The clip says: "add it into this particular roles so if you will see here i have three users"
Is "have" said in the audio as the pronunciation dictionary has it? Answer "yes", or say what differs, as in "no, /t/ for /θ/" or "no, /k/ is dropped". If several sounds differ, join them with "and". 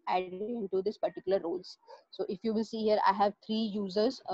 yes